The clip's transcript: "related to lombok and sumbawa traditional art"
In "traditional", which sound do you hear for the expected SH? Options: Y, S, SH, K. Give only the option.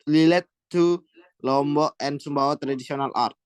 S